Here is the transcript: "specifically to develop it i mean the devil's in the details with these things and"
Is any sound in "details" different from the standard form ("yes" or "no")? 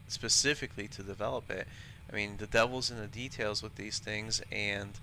no